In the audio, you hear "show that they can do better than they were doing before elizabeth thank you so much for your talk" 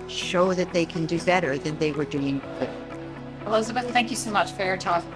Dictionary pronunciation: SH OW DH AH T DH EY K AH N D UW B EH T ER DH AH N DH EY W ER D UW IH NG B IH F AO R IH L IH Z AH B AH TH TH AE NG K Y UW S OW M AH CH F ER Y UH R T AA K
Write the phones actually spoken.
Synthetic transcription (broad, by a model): SH OW DH AH T DH EY K AH N D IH B EH T ER DH AH N DH EY W ER D UW IH NG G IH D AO L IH UH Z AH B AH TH TH AE NG K Y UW S OW M AH CH F ER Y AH R T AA